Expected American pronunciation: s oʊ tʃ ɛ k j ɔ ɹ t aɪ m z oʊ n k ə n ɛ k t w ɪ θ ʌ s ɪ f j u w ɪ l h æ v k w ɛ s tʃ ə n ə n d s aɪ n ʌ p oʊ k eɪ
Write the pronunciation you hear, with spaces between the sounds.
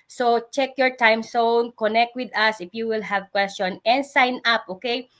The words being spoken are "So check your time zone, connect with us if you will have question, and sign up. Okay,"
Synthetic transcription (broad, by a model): s oʊ tʃ ɛ k j ɔ ɹ t aɪ m s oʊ n k ə n ɛ k t w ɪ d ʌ s ɪ f j u w ɪ l h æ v k w ɛ s tʃ ə n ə n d s aɪ n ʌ p oʊ k eɪ